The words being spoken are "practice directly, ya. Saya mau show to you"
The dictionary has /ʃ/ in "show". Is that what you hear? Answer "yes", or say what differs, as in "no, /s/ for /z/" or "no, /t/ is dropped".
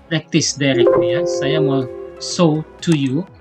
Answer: no, /s/ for /ʃ/